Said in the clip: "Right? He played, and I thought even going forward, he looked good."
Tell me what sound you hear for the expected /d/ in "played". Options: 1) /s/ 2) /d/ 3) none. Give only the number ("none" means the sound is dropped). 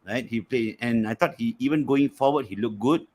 3